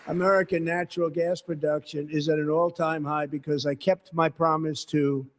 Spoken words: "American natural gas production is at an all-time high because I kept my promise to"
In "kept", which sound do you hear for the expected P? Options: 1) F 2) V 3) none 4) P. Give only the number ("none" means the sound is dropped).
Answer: 4